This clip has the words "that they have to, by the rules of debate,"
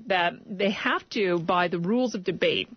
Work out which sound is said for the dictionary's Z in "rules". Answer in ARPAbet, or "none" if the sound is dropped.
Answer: Z